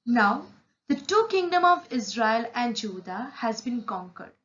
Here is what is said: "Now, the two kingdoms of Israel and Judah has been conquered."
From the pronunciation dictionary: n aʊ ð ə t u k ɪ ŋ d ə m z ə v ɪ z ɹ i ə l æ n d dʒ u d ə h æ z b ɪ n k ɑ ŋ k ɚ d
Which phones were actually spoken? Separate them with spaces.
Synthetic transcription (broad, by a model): n aʊ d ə t u k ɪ ŋ d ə m ə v ɪ z ɹ i ə l æ n d dʒ u d ə h æ z b ɪ n k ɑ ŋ k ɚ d